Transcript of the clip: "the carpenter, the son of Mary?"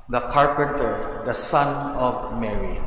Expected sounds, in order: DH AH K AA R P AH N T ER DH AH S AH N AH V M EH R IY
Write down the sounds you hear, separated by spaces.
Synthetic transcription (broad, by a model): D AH K AA R P AH N T ER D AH S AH N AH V M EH R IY